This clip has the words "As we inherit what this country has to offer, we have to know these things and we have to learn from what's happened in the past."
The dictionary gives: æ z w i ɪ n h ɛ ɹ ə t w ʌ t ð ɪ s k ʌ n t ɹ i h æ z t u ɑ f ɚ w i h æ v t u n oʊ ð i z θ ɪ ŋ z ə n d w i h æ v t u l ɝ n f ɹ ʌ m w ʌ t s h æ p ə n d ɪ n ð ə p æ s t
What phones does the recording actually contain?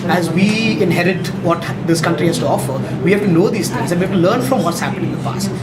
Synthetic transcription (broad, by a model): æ z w i ɪ n h ɛ ɹ ə t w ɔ t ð ɪ s k ʌ n t ɹ i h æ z t u ɑ f ɚ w i h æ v t u n oʊ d i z t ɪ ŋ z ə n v i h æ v t u l ɝ n f ɹ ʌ m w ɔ t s h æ p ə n ɪ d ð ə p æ s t